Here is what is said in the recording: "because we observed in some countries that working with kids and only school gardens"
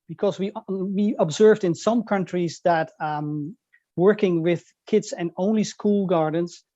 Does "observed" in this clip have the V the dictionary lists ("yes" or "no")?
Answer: yes